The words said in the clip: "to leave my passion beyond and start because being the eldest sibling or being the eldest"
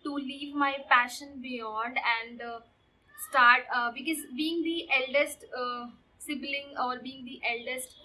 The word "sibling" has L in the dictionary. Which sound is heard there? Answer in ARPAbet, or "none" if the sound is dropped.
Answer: L